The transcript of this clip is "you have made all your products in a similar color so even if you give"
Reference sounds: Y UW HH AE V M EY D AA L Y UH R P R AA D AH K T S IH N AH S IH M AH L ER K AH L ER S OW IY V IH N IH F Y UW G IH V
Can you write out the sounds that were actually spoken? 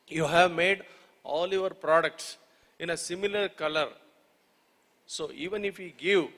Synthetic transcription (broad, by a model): Y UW HH AE V M EY D AA L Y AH R P R AA D AH K T S IH N AH S IH M AH L ER K AH L ER S OW IY V IH N IH F Y UW G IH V